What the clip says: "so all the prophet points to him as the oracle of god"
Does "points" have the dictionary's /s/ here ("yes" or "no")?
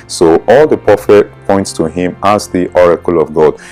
yes